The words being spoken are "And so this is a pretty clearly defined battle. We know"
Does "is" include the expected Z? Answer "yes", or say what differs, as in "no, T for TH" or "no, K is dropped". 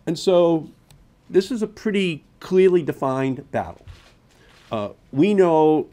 yes